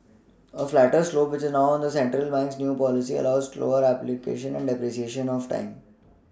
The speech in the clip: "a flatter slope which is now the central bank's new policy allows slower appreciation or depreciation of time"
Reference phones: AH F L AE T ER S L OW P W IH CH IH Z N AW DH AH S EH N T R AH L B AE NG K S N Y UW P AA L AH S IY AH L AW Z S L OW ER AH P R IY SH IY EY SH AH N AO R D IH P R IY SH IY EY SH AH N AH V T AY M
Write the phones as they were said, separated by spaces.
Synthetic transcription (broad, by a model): AH F L AE T ER S L OW P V IH CH IH Z N AW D AH S EH N T R AH L B AE NG K S N Y UW P AA L AH S IY AH L AW Z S L OW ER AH P L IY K EY SH AH N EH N D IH P R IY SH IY EY SH AH N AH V T AY M